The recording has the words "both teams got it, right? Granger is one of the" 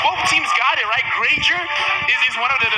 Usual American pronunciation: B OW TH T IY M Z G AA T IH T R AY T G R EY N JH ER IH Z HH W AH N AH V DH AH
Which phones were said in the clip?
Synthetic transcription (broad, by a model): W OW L T IY M Z G AA T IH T R AY T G R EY JH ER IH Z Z W AH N AH V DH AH